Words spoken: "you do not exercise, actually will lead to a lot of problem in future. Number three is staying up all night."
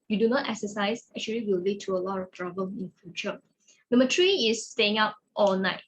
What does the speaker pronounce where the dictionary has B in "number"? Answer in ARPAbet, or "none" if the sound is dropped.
none